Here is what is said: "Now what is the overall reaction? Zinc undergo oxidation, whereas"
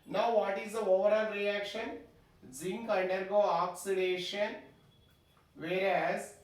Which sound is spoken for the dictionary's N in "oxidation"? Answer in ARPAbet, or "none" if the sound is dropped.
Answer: N